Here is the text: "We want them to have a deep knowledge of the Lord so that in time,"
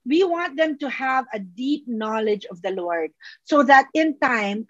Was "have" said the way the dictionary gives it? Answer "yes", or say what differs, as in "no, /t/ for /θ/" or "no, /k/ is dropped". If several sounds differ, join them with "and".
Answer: yes